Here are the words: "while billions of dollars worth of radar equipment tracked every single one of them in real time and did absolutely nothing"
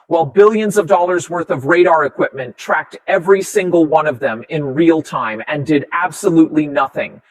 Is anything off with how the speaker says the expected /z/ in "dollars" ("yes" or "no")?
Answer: no